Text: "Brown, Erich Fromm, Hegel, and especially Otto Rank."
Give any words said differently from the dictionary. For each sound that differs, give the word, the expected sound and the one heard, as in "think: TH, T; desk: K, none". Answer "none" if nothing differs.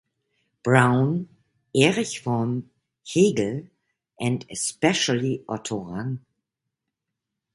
fromm: R, none; rank: K, none